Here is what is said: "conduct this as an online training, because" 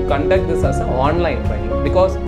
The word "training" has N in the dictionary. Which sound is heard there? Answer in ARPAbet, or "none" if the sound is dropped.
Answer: none